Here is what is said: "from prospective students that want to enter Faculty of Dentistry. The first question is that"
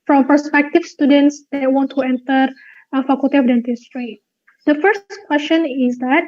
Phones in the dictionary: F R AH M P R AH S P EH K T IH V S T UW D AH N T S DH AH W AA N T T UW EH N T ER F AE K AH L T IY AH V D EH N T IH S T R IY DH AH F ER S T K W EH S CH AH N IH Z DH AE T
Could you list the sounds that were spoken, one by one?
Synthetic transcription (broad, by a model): F R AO M P AH S P EH K T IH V S T UW D AH N T S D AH W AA N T T UW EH N T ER F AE K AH L T IY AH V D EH N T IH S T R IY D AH F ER S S K W EH S CH AH N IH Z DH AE T